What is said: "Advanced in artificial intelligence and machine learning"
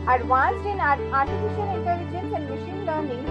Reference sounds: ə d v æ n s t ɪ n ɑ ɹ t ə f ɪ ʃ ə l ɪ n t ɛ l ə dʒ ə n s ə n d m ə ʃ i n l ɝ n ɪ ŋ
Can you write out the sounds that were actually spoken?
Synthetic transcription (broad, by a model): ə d v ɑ n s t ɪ n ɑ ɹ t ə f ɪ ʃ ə n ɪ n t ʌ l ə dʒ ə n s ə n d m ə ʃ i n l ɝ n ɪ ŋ